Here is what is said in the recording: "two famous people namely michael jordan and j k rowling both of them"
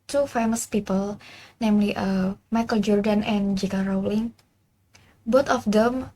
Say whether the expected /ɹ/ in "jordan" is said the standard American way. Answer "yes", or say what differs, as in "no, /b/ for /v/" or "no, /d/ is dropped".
yes